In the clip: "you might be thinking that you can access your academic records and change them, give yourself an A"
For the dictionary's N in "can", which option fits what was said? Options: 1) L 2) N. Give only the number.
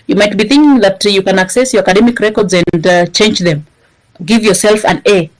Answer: 2